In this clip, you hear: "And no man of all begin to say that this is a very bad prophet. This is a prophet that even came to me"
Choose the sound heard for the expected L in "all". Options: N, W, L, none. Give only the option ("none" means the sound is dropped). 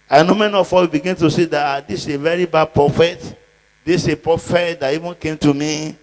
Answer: W